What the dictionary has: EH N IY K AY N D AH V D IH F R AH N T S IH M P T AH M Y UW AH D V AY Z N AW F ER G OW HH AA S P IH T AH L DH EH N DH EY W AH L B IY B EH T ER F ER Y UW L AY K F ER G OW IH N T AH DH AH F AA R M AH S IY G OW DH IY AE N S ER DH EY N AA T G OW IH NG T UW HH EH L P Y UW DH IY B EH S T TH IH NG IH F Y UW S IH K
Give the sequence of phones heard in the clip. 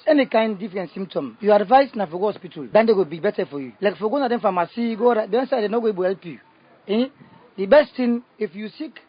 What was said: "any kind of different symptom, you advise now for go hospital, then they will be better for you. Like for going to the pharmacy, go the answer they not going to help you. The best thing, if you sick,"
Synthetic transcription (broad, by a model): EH N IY K AY N D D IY F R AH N T S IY M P T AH M Y UW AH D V AY S N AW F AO G OW HH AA S P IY T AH L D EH N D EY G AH B IY B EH T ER F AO Y UW L AY K F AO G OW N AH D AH F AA M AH S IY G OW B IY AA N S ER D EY N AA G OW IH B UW HH EH L P Y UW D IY B EH S T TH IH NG IH F Y UW S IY K